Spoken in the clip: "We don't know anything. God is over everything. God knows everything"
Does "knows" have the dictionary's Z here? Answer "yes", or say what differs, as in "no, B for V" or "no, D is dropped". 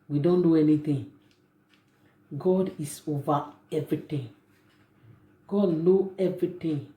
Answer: no, Z is dropped